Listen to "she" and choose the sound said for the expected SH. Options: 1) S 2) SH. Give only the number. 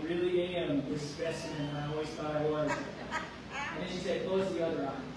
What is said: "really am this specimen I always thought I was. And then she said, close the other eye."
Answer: 2